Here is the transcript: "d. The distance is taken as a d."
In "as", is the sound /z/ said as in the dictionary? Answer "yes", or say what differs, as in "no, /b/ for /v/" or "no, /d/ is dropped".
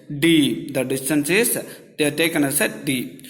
no, /s/ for /z/